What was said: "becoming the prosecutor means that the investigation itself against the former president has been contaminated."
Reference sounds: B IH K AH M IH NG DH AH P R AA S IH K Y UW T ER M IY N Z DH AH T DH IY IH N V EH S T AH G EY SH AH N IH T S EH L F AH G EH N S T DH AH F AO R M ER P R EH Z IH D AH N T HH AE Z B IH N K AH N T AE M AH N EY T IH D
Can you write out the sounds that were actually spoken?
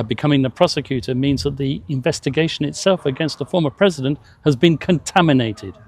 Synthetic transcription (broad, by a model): B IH K AH M IH NG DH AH P R AA S IH K Y UW T ER M IY N Z DH AH T DH IY IH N V EH S T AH G EY SH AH N IH T S EH L F AH G EH N S T DH AH F AO R M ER P R EH Z IH D AH N T HH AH Z B IH N K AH N T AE M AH N EY T IH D